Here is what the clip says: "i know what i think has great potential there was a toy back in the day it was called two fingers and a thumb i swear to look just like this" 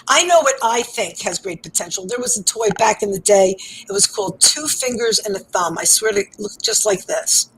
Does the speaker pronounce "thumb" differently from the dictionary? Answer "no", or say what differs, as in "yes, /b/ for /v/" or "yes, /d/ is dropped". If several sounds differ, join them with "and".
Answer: no